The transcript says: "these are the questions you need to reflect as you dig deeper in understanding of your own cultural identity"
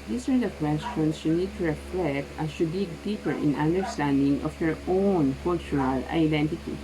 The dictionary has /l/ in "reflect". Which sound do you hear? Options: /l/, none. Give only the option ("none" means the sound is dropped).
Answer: /l/